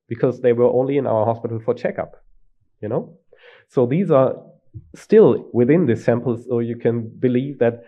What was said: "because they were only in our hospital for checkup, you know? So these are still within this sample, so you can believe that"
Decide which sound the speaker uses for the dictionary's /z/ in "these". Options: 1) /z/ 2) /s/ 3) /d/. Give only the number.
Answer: 1